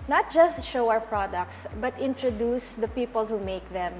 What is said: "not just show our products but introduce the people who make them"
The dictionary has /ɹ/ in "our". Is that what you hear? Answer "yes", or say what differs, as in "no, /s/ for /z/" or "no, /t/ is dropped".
no, /w/ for /ɹ/